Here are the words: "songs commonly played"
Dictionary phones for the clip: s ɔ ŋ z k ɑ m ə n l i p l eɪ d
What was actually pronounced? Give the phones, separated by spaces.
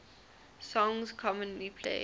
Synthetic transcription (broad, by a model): s ɔ ŋ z k ɑ m ə n l i p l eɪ